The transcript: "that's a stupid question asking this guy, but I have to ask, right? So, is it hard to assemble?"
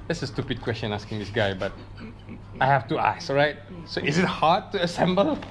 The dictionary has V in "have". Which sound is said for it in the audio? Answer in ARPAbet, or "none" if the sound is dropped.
F